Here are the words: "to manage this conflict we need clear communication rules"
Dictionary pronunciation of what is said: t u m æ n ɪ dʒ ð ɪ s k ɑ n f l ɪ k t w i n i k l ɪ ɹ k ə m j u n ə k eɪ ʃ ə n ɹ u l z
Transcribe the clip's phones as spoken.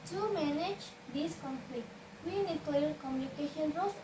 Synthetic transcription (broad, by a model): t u m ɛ n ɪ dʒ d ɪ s k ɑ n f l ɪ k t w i n i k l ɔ l k ə m j u n ə k eɪ ʃ ə n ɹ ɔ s